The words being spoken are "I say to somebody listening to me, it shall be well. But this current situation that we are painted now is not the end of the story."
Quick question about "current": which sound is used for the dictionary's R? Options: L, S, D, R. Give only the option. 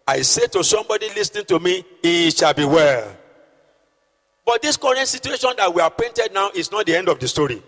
R